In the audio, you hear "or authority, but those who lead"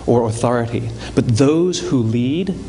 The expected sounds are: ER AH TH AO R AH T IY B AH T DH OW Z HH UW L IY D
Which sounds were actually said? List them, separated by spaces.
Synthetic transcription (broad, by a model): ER AH TH AO R AH T IY B AH T DH OW Z HH UW L IY D